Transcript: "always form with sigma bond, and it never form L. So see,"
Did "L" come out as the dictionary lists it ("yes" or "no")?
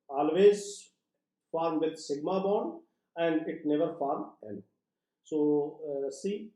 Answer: no